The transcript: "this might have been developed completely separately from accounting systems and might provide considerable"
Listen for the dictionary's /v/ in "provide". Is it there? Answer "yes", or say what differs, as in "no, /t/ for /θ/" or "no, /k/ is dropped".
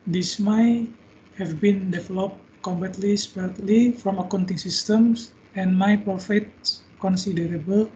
no, /f/ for /v/